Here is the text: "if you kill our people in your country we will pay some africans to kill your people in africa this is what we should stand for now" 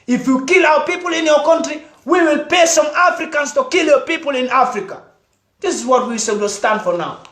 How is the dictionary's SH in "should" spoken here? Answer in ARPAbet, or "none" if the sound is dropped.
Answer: S